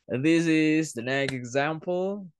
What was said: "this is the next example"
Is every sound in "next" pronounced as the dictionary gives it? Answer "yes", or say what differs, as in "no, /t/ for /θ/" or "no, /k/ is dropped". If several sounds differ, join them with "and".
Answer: no, /s/ is dropped